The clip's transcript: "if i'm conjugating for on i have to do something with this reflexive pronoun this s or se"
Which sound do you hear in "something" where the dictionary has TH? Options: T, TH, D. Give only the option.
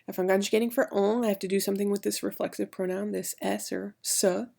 TH